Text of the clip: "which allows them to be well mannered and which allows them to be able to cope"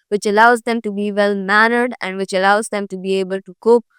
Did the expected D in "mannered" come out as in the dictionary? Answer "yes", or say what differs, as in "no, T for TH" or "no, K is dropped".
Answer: yes